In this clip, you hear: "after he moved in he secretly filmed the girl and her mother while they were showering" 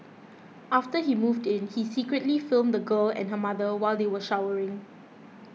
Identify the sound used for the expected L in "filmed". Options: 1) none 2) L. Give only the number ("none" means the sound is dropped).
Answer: 2